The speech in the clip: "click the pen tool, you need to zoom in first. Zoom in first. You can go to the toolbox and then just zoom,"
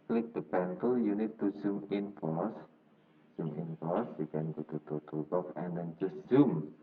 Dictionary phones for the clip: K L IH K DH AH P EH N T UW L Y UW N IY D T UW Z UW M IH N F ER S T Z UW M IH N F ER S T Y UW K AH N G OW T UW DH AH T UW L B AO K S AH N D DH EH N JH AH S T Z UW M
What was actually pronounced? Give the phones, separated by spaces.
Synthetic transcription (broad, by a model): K L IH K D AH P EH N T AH L Y UW N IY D T UW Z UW M IH N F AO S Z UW M IH N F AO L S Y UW K AH N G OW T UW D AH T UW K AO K AH N D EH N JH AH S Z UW M